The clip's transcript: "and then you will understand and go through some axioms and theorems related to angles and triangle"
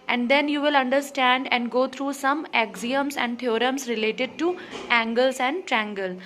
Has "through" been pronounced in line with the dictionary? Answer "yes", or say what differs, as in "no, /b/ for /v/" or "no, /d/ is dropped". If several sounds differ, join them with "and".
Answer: no, /t/ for /θ/